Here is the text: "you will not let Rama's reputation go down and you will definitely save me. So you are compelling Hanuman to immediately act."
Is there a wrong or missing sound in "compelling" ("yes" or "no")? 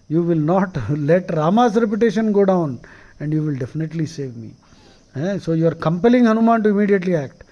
no